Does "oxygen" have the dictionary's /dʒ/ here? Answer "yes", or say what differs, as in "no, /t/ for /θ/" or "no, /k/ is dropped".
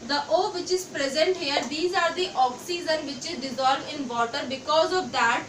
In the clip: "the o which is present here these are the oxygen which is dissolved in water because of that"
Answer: no, /z/ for /dʒ/